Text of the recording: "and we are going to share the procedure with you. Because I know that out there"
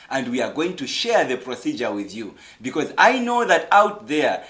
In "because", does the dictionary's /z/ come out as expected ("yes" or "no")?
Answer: yes